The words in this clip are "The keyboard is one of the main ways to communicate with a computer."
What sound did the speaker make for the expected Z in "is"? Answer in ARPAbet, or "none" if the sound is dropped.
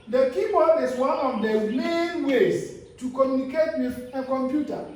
S